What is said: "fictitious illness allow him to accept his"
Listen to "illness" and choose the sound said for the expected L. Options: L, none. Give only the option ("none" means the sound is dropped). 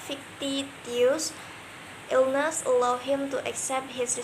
L